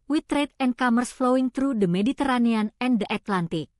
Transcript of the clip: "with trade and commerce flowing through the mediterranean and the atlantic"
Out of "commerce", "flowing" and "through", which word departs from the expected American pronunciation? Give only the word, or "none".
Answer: through